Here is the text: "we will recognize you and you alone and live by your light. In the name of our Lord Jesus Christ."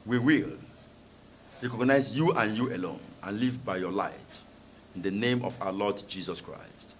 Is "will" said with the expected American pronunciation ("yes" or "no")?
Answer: yes